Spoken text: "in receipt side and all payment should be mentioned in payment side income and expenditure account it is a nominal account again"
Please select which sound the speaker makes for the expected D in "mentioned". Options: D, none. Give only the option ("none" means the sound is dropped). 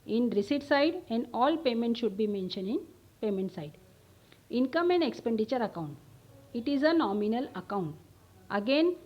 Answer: none